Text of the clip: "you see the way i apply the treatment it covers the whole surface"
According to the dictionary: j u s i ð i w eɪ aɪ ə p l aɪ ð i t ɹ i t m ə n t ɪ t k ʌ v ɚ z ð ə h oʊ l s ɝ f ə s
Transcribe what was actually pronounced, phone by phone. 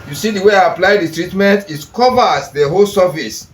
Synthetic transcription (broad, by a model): j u s i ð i w eɪ aɪ ə p l aɪ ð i t ɹ i t m ə n t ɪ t k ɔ v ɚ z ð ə h oʊ l s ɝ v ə s